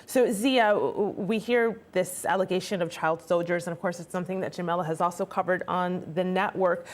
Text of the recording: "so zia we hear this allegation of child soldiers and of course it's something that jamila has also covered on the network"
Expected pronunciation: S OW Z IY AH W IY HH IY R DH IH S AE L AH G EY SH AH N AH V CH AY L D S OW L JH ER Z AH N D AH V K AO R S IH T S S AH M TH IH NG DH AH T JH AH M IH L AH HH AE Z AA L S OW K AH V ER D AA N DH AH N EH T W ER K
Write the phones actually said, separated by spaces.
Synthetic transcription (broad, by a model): S OW Z IY AH W IY HH IY R DH IH S AE L AH G EY SH AH N AH V CH AY L D S OW L JH ER Z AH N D AH V K AO R S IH T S S AH M TH IH NG DH AH T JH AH M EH L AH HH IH Z AA L S OW K AH V ER D N DH AH N EH T W ER K